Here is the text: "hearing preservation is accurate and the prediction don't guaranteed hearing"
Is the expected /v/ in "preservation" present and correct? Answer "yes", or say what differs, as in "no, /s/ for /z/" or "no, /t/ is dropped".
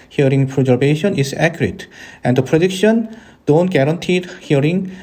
no, /b/ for /v/